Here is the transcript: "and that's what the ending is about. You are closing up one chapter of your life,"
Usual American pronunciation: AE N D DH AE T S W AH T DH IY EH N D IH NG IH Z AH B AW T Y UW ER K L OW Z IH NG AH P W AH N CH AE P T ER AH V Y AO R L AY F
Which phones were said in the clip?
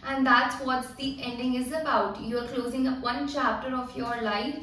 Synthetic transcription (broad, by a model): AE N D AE T S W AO T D IY EH N D IH NG IH Z AH B AW T Y UW ER K L OW Z IH NG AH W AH N CH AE P T ER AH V Y AO R L AY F